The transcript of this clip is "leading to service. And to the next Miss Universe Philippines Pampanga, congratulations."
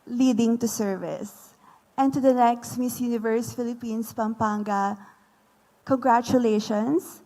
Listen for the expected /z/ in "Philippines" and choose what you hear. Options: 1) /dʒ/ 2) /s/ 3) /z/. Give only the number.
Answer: 2